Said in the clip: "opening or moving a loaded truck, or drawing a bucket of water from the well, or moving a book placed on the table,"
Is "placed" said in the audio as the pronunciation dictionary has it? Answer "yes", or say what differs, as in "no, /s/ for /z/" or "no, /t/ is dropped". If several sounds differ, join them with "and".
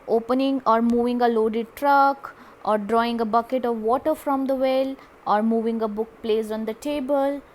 no, /t/ is dropped